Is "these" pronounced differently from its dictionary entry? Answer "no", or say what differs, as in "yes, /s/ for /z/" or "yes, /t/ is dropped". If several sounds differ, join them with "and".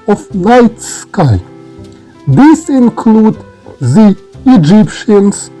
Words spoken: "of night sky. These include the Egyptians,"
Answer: yes, /s/ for /z/